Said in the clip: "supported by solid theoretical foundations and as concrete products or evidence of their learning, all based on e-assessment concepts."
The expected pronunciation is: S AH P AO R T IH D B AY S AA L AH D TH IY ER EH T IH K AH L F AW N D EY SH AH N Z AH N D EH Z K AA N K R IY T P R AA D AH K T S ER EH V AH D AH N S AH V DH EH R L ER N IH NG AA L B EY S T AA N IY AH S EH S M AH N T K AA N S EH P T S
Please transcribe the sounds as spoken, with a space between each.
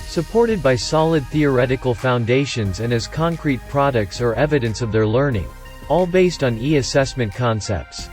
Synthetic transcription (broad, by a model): S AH P AO R T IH D B AY S AA L AH D TH IY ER EH T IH K L F AW N D EY SH AH N Z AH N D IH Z K AA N K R IY T P R AA D AH K T S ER EH V AH D AH N S AH V DH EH R L ER N IH NG AA L B EY S T N IY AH S EH S M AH N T K AA N S EH P T S